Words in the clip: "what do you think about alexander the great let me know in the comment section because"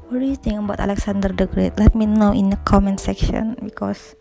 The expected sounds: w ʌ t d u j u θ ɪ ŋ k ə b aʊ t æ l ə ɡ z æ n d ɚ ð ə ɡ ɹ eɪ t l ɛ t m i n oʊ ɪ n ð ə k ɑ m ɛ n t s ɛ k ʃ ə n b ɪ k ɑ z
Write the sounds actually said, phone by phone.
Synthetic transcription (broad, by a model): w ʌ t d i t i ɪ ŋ ə b aʊ t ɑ l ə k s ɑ n d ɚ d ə ɡ ɹ eɪ t l ɛ t m i n oʊ ɪ n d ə k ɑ m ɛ n s ɛ k ʃ ə n b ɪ k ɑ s